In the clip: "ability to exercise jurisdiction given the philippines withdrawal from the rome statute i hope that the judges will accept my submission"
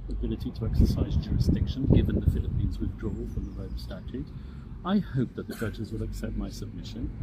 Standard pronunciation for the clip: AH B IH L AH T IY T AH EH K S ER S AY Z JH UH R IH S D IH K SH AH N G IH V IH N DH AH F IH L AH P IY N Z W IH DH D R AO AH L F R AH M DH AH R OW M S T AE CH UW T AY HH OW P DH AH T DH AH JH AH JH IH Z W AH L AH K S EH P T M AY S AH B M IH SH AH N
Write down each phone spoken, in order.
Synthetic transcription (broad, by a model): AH B IH L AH T IY T AH EH K S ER S AY Z JH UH R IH S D IH K SH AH N G IH V IH N DH AH F IH L AH P IY N Z W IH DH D R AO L F R AH M DH AH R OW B S T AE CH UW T AY HH OW P DH AH T DH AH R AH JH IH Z W AH L AH K S EH P T M AY S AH B M IH SH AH N